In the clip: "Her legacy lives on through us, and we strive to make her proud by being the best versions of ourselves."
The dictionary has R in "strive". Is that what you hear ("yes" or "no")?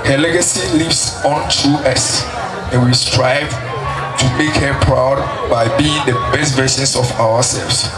yes